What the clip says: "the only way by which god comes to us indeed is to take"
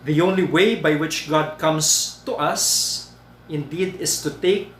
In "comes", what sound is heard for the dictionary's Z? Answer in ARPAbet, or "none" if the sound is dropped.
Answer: S